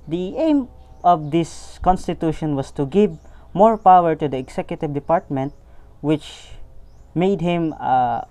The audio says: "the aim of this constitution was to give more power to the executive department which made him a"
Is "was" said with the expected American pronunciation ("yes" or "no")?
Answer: no